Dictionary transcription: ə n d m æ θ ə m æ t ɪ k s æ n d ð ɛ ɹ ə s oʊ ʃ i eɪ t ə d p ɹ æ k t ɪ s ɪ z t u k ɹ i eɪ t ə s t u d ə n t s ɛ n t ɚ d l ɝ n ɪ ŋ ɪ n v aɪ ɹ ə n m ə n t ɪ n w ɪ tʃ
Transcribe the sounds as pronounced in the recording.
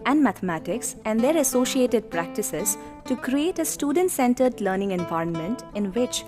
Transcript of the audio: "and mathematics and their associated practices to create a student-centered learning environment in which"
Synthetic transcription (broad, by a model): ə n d m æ t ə m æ t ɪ k s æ n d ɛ ɹ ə s oʊ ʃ i eɪ t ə d p ɹ æ k t ɪ s ɪ z t u k ɹ i eɪ t ə s t u d ə n t s ɛ n t ɚ d l ɝ n ɪ ŋ ɪ n v aɪ ɹ ə n m ə n t ɪ n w ɪ tʃ